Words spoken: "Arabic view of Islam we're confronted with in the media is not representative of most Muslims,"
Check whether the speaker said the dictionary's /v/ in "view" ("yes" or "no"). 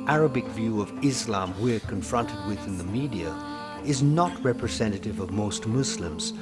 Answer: yes